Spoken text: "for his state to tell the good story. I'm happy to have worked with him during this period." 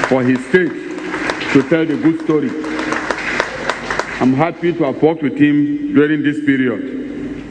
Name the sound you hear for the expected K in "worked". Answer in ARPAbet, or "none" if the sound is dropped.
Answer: none